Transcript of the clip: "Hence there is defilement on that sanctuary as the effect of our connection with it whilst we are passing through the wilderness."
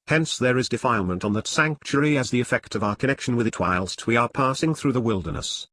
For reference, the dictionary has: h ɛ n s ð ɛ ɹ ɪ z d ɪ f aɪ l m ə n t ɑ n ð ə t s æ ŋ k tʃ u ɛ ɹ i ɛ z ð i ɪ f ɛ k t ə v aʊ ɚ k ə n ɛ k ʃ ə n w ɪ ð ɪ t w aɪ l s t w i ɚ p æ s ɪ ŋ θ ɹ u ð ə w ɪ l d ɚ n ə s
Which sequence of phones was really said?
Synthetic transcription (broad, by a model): h ɛ n s ð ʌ ɹ ɪ z d ɪ f aɪ l m ə n t n ð ə t s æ ŋ k tʃ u ɹ i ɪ z ð i ɪ f ɛ k t ə v aʊ ɚ k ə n ɛ k ʃ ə n w ɪ ð ɪ t w aɪ l s t w i ɚ p æ s ɪ ŋ θ ɹ u ð ə w ɪ l d ɚ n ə s